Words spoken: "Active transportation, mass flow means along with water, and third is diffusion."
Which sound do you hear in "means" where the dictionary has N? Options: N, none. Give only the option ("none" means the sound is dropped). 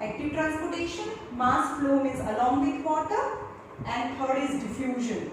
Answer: none